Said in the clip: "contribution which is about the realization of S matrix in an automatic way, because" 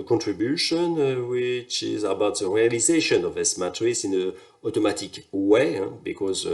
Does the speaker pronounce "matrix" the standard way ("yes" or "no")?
no